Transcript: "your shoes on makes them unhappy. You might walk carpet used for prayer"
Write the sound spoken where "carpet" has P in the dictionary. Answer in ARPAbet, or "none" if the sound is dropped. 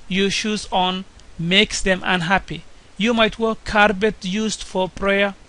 B